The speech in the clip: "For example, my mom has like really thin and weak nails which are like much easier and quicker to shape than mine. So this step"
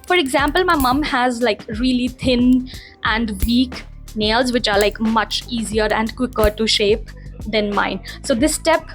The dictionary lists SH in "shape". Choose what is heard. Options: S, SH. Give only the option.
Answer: SH